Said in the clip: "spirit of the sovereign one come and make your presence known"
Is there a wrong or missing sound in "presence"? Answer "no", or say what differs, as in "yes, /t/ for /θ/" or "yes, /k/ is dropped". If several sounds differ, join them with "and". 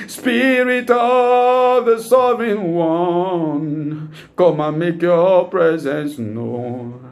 no